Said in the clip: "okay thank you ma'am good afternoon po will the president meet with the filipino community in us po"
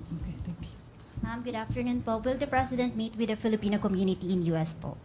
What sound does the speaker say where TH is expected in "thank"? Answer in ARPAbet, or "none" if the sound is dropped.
T